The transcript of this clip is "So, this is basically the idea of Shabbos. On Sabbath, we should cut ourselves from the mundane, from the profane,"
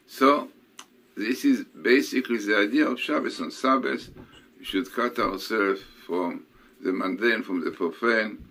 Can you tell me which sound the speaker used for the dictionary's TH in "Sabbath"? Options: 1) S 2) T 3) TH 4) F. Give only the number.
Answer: 1